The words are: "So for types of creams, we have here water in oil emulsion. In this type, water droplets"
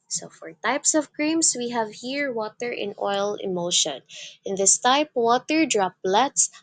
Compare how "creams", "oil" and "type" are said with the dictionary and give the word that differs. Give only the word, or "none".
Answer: creams